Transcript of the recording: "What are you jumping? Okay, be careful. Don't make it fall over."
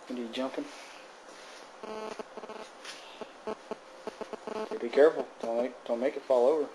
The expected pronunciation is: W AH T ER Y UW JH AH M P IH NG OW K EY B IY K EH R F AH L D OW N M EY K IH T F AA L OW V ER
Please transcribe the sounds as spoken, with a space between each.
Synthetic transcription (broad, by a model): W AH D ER Y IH JH AH M P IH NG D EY B IY K EH R F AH N D OW N M EY K IH T F AA L OW V ER